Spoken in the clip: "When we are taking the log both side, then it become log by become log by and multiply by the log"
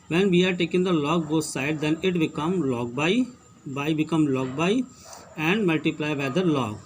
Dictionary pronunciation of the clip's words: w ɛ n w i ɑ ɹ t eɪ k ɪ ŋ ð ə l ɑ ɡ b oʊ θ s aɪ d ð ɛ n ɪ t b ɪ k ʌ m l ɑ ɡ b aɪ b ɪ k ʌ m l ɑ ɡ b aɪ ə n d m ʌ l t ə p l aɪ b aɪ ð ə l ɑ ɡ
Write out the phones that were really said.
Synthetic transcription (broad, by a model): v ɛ n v i ɑ ɹ t eɪ k ɪ ŋ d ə l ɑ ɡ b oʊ s s aɪ d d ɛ n ɪ t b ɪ k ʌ m l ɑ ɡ b aɪ b ɪ k ʌ m l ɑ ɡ b aɪ ə n d m ʌ l t ə p l aɪ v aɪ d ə l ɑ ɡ